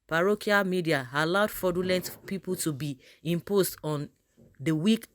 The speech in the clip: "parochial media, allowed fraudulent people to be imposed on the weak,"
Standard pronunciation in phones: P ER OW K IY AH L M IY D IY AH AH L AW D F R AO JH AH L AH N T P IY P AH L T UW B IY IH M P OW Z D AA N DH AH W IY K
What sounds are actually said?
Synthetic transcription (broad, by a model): P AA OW K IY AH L M IY D IY AH AH L AW D F AO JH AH L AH N T P IY P AH L T UW B IY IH M P OW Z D AA N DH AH W IY K